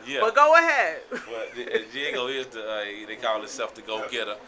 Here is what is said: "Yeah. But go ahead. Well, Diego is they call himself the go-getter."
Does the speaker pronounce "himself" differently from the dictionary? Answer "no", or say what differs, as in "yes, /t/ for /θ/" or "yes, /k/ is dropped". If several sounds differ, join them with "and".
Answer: yes, /m/ is dropped